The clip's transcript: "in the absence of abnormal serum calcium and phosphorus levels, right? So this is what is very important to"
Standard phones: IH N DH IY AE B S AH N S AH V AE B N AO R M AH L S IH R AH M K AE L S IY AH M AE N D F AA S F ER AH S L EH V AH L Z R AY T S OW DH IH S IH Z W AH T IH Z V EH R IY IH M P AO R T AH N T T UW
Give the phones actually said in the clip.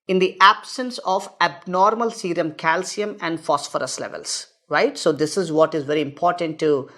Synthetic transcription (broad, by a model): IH N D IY AE B S AH N S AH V AE B N AO R M AH L S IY R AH M K AE L S IY AH M AE N D F AA S F ER AH S L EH V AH L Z R AY T S OW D IH S IH Z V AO T IH Z V EH R IY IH M P AO R T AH N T T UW